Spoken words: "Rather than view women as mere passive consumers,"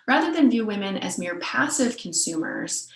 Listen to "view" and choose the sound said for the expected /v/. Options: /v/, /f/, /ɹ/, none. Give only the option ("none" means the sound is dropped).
/v/